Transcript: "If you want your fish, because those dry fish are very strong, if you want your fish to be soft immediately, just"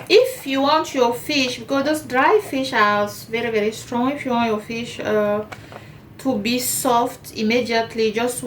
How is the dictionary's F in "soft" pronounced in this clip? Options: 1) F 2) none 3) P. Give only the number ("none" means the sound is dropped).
1